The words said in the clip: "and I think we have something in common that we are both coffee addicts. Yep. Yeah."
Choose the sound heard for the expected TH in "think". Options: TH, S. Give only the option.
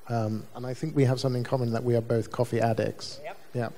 TH